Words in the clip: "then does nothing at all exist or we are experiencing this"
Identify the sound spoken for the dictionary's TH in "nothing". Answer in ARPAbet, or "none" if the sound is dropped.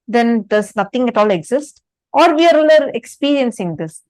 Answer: T